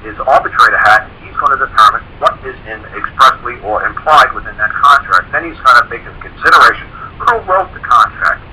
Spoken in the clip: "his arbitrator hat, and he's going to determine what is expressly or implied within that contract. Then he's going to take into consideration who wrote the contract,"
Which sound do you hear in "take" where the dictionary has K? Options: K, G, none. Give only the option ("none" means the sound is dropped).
none